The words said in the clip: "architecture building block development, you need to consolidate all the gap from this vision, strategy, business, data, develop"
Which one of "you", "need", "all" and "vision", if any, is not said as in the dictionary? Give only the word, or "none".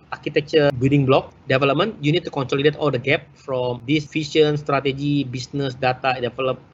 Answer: vision